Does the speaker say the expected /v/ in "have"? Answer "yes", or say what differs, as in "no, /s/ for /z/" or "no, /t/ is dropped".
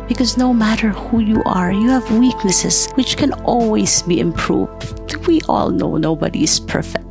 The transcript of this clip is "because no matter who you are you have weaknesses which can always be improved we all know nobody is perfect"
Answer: yes